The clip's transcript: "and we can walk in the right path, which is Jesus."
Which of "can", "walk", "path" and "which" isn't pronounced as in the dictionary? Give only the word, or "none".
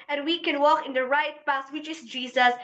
path